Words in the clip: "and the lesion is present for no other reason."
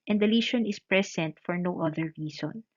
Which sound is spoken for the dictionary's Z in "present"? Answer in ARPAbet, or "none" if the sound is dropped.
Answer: S